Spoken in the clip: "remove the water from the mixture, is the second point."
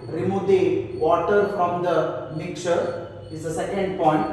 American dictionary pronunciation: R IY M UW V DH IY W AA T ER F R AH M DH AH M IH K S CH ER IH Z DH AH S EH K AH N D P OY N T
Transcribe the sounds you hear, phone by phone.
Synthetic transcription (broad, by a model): R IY M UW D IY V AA T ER F R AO M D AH M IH K CH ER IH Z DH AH S EH K AH N D P OY N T